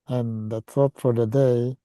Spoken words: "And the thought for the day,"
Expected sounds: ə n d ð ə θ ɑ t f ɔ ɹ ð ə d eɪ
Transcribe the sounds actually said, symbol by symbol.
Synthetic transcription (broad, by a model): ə n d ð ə s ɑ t f ɔ ɹ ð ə d eɪ